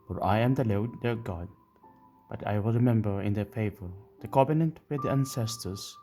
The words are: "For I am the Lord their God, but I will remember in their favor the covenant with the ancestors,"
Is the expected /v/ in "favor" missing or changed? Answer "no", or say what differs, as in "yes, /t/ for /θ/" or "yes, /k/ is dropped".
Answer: no